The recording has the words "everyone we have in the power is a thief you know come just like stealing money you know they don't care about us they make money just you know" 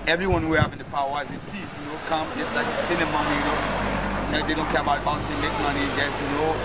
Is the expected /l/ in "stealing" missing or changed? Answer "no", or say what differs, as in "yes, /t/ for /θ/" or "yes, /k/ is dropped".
yes, /n/ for /l/